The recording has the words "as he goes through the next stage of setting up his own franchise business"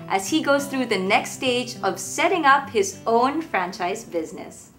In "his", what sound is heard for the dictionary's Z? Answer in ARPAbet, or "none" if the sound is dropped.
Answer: Z